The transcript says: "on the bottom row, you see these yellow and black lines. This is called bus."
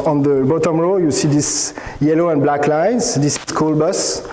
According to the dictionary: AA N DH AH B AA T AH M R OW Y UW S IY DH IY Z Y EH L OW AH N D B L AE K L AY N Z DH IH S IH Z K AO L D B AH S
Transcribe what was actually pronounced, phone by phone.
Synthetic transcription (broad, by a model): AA N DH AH B AA T AH M R OW Y UW S IY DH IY S Y EH L OW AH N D B L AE K L AY N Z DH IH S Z K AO L B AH S